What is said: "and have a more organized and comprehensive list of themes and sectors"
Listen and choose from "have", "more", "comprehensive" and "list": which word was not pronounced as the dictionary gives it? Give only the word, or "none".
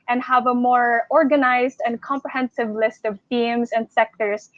none